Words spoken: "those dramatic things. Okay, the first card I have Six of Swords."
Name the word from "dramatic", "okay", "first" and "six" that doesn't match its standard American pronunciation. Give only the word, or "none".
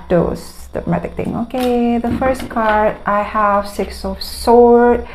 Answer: dramatic